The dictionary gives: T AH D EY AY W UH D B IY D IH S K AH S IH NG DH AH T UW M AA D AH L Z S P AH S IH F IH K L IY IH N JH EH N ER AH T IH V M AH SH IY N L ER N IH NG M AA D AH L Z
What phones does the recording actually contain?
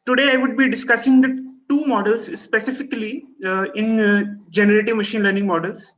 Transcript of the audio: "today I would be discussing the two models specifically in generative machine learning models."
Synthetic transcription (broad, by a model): T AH D EY AY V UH D B IY D IH S K AH S IH NG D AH T UW M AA D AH L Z S P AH S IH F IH K L IY IH N JH EH N ER AH T IH V M AH SH IY N L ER N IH NG M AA D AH L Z